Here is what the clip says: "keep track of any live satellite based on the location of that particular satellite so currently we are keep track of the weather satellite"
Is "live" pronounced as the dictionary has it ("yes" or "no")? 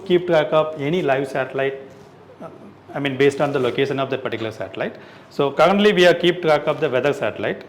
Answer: yes